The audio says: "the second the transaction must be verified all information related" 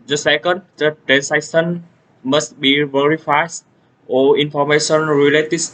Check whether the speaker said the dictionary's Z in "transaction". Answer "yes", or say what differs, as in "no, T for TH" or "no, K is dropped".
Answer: no, S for Z